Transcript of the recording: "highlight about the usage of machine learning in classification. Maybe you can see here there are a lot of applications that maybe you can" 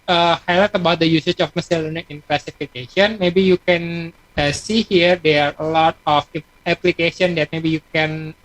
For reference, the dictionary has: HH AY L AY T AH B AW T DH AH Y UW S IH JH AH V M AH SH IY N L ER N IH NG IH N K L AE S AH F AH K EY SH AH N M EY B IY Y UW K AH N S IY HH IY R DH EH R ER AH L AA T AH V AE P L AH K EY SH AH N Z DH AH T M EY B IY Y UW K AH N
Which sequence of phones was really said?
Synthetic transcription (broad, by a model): HH AY L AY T AH B AW T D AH Y UW S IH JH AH F M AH S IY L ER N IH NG IH N K L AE S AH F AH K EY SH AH N M EY B IY Y UW K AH N S IY HH IY R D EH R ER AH L AA T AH F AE P L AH K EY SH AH N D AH T M EY B IY Y UW K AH N